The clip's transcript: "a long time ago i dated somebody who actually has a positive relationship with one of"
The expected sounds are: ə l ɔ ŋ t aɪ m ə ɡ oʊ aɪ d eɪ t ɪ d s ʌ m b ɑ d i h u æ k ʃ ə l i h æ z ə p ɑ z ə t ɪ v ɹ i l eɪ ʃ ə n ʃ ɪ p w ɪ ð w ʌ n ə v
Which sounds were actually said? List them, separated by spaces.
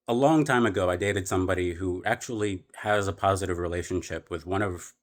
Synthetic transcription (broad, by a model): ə l ɔ ŋ t aɪ m ə ɡ oʊ aɪ d eɪ t ɪ d s ʌ m b ɑ d i h u æ k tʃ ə l i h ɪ z ə p ɑ z ə t ɪ v ɹ i l eɪ ʃ ə n ʃ ɪ p w ɪ ð w ʌ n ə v